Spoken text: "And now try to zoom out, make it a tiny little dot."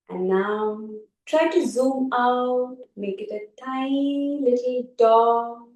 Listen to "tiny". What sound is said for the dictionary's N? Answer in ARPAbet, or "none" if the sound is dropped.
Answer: none